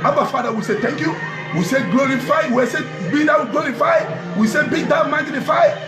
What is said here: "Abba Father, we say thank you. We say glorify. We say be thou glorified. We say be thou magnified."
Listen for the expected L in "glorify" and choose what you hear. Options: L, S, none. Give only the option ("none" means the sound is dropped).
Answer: L